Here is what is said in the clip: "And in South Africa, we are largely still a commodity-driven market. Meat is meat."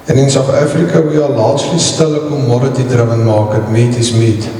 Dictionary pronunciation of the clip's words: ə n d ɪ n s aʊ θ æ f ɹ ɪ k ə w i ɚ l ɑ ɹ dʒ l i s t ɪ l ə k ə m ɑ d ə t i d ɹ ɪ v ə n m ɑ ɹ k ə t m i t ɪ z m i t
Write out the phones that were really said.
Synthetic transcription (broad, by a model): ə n ɪ n s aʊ t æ f ɹ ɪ k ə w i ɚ l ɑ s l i s t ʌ l ə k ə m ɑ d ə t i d ɹ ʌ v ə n m ɑ k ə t m i t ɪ s m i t